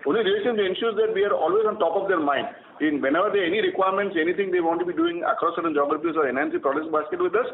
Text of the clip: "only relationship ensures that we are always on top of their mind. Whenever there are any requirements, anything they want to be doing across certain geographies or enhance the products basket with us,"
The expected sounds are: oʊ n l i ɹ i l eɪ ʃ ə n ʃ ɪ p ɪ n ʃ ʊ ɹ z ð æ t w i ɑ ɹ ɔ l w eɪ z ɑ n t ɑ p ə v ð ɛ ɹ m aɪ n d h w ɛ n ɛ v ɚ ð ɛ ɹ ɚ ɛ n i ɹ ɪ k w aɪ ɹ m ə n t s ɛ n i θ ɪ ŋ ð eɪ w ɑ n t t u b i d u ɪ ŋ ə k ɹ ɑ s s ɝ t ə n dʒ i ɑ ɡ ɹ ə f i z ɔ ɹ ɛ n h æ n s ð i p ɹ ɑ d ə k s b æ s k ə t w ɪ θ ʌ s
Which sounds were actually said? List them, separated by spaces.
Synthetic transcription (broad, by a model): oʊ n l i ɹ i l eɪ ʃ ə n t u ɪ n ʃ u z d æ t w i ɑ ɹ ɔ l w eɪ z ɑ n t ɑ p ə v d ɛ ɹ m aɪ n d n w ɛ n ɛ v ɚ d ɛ ɛ n i ɹ ɪ k w aɪ ɹ m ə n t s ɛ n i t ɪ ŋ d eɪ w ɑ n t t u b i d u ɪ ŋ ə k ɹ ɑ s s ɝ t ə n dʒ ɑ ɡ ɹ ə p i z ɔ ɹ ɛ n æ n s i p ɹ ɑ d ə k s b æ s k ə t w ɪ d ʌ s